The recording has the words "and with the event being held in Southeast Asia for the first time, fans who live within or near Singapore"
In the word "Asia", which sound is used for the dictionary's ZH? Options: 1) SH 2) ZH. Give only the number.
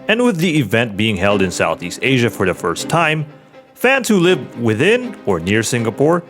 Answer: 2